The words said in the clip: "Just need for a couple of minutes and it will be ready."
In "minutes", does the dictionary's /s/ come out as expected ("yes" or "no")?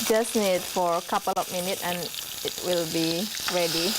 no